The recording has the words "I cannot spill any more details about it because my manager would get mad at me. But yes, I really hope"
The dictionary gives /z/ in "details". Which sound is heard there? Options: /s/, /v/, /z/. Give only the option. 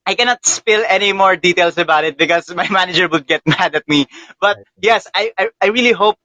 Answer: /s/